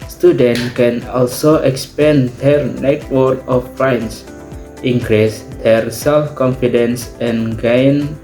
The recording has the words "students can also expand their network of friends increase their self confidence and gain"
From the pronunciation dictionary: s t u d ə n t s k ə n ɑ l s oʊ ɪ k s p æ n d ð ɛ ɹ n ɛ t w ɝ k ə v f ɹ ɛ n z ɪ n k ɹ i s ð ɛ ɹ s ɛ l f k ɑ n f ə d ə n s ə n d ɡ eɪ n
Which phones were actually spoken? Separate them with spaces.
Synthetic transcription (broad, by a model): s t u d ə n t k ə n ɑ l s oʊ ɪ k s p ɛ n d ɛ ɹ n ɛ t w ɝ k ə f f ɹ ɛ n s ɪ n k ɹ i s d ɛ ɹ s ɛ l f k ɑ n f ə d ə n s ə n ɡ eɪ n